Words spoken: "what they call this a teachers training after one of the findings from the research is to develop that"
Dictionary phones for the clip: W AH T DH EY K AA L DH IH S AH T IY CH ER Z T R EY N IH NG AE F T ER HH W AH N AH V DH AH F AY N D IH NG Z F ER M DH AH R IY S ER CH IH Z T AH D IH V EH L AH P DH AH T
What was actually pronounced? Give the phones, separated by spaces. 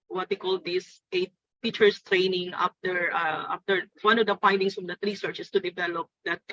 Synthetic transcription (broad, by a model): W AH T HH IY K AA L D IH S AH T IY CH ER S T R EY N IH NG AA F T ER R W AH N AH V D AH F AY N D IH NG S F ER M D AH R IY S ER CH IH S T AH D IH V EH L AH P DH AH T